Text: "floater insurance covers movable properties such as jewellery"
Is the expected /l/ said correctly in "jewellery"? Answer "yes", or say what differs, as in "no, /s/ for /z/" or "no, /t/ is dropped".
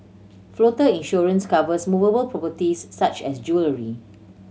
yes